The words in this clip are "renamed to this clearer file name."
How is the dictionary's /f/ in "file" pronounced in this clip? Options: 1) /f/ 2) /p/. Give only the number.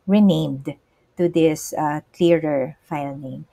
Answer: 1